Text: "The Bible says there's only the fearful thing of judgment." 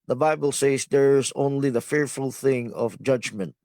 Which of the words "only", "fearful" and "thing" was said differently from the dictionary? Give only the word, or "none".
none